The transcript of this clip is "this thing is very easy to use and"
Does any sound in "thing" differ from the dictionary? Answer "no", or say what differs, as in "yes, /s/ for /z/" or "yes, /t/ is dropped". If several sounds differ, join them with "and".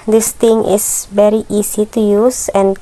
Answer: yes, /t/ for /θ/